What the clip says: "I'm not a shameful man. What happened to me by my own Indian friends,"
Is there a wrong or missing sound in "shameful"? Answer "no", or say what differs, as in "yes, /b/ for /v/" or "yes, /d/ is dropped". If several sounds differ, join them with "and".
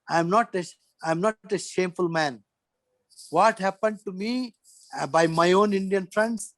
no